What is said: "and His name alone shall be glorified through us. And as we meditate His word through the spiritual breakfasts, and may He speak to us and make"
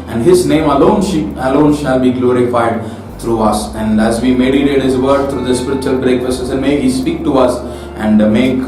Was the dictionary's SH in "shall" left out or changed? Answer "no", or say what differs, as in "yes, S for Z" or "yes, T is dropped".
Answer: no